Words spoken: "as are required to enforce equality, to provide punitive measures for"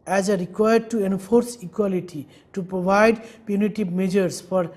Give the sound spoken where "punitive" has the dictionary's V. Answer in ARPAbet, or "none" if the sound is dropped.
B